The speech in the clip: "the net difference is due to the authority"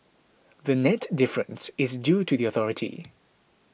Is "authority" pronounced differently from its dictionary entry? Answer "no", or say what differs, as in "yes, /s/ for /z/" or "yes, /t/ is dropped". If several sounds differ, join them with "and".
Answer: no